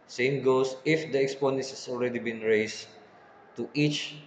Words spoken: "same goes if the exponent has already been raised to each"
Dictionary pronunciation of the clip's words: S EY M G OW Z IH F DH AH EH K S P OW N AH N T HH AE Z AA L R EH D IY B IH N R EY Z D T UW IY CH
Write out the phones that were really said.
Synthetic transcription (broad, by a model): S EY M G OW S IH F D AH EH K S P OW N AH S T HH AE S AA L R EH D IY B IH N R EY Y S T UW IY CH